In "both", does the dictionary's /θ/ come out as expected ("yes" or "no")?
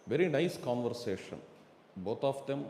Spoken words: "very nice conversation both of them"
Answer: no